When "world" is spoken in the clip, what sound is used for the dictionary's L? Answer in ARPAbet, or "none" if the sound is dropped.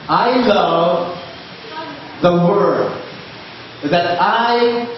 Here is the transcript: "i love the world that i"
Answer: none